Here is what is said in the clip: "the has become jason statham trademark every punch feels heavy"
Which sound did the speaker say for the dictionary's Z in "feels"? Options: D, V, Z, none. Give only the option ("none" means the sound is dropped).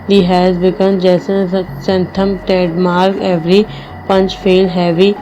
none